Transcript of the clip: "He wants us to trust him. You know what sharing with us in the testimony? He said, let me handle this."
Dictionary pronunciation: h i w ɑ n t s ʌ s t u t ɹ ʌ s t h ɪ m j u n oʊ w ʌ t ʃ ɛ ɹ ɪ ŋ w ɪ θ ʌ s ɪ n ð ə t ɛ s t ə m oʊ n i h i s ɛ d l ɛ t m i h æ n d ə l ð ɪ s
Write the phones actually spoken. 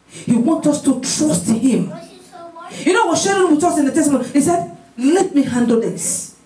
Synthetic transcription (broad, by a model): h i w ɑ n t ʌ s t u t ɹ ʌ s t h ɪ m j u n oʊ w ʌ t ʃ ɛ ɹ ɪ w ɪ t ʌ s ɪ n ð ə t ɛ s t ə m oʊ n h i s ɛ d l ɛ t m i h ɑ n d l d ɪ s